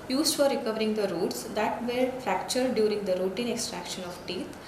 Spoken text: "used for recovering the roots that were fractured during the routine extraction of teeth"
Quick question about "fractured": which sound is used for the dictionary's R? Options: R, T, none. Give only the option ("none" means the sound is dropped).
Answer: R